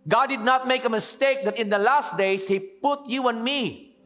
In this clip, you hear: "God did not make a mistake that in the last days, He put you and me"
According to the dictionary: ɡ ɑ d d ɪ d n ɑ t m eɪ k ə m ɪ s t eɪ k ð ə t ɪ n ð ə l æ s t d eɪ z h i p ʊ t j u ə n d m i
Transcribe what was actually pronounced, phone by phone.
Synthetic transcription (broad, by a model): ɡ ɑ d d ɪ d n ɑ t m eɪ k ə m ɪ s t eɪ k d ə t ɪ n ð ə l æ s t d eɪ s h i p ʊ t j u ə n m i